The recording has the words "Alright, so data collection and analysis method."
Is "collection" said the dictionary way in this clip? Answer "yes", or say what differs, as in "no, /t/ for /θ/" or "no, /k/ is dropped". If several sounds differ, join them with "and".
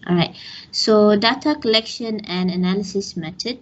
yes